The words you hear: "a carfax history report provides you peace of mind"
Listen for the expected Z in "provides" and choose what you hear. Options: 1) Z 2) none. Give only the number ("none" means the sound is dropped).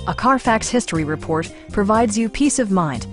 1